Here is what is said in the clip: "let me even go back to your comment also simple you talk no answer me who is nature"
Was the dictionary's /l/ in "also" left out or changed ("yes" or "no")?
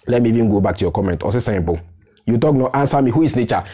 yes